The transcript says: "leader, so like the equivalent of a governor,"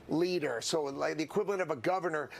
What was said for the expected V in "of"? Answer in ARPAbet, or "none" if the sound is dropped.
V